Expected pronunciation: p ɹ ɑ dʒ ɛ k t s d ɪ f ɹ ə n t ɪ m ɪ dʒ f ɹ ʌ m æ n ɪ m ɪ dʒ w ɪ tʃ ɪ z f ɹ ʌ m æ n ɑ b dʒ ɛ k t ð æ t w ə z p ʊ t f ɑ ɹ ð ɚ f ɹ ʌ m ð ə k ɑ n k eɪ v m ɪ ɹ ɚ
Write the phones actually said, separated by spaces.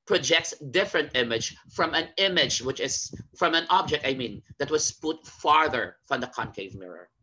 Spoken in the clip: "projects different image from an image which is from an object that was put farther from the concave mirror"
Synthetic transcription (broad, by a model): p ɹ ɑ dʒ ɛ k t s d ɪ f ɹ ə n t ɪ m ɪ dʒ f ɹ ʌ m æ n ɪ m ɪ dʒ w ɪ tʃ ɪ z f ɹ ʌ m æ n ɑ b dʒ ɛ k t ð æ t w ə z p ʊ t f ɑ ɹ ð ɚ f ɹ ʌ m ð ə k ɑ n k eɪ v m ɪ ɹ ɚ